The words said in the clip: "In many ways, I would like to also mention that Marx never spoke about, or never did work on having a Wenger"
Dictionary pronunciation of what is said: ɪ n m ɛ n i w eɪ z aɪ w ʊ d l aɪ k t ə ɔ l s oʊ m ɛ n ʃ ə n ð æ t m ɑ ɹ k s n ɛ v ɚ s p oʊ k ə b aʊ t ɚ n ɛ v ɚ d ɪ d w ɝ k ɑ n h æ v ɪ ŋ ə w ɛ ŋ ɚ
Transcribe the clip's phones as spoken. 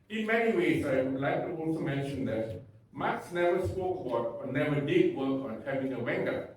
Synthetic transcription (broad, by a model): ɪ n m ɛ n i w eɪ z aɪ l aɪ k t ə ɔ n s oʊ m ɛ n ʃ ə n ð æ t m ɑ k s n ɛ v ɚ s p oʊ k ə b aʊ t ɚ n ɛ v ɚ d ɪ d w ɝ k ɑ n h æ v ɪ ŋ ə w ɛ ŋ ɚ